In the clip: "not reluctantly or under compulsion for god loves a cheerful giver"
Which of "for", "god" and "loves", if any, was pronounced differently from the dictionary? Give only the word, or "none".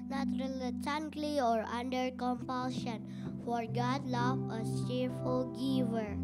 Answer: loves